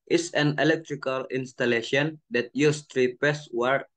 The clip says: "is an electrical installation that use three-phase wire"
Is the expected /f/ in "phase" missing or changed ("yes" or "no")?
yes